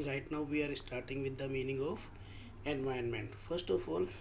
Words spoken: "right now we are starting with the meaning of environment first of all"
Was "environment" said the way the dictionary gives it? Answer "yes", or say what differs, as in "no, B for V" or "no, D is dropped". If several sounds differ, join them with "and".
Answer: no, R is dropped